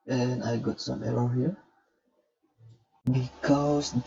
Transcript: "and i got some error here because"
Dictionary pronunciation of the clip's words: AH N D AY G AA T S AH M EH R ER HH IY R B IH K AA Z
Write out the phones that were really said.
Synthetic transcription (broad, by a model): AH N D AY G AA T S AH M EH L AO HH IY R B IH K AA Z